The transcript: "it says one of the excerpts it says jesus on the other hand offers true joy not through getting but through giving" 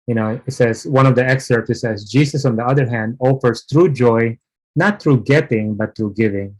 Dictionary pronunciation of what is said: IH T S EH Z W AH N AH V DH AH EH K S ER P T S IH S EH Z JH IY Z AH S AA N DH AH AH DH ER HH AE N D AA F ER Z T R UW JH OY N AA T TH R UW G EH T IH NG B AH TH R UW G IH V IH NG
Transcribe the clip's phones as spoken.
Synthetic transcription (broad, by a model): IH T S EH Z W AH N AH V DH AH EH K S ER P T IH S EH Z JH IY S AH S AA N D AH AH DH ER HH AE N D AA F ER S T R UW JH OY N AA T R UW G EH T IH NG B AH T R UW G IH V IH NG